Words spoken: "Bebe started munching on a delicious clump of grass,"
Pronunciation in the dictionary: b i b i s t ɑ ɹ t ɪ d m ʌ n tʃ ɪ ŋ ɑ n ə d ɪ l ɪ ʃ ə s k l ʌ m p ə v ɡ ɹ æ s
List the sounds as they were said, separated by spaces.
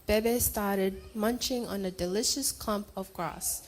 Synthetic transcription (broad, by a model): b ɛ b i s t ɑ ɹ t ɪ d m ʌ n tʃ ɪ ŋ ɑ n ə d ɪ l ɪ ʃ ə s k l ʌ m p ə v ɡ ɹ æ s